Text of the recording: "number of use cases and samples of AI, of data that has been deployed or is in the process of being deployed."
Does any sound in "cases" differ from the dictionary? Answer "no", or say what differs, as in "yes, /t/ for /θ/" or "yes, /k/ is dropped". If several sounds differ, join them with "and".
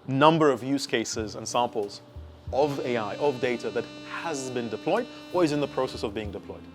no